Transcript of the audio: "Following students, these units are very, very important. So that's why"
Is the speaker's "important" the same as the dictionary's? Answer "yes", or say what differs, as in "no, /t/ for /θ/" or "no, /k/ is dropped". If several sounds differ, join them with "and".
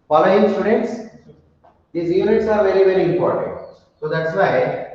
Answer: yes